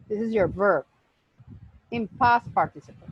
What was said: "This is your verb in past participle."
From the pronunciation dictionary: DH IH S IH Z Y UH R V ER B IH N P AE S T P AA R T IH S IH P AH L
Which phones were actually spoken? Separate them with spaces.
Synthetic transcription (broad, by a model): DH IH S IH Z Y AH R V ER B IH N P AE S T P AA R T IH S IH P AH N